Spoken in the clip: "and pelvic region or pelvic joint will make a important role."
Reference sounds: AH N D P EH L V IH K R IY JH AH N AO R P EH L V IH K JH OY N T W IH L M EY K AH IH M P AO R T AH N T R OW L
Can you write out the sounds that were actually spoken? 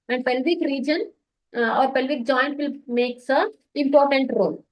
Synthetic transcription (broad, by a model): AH N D P EH L V IH K R IY JH AH N AO R P EH L V IH K JH OY N T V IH L M EY K AH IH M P AO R T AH N T R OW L